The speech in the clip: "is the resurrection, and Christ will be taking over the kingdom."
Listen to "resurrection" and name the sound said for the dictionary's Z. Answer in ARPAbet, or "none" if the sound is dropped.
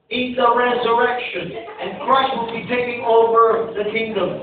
Z